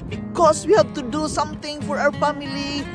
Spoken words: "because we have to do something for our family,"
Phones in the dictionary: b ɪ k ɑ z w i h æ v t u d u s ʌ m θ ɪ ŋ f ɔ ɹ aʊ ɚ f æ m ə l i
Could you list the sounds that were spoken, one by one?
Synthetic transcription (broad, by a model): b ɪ k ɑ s w i h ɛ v t u d u s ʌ m t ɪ ŋ f ɔ ɹ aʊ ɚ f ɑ m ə l i